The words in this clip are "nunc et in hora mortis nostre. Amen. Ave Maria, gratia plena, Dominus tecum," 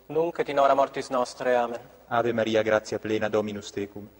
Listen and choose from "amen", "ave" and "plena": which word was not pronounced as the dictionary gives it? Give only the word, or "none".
none